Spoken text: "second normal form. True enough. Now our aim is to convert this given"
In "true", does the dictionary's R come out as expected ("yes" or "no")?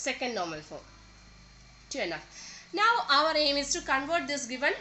no